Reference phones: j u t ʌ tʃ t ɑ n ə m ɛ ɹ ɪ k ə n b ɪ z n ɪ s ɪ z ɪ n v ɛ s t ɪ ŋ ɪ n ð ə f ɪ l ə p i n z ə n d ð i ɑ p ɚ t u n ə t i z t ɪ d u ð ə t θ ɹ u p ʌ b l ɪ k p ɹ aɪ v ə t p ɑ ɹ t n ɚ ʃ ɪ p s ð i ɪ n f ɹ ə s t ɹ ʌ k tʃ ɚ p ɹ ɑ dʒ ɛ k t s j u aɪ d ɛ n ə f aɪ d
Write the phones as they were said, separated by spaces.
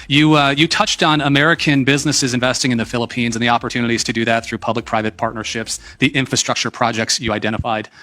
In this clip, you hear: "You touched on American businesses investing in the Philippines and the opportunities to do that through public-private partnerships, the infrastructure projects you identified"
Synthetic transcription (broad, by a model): j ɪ t ʌ tʃ t n ə m ɛ ɹ ɪ k ə n b ɪ z n ɪ s ɪ z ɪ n v ɛ s t ɪ ŋ ɪ n ð ə f ɪ l ə p i n z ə n ð i ɑ p ɚ t u n ə t i z t ɪ d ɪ ð ə t θ ɹ u p ʌ b l ɪ k p ɹ aɪ v ə t p ɑ ɹ t n ɚ ʃ ɪ p s ð i ɪ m f ɹ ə s t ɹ ʌ k tʃ ɚ p ɹ ɑ dʒ ɛ k t s j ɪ aɪ d ɛ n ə f aɪ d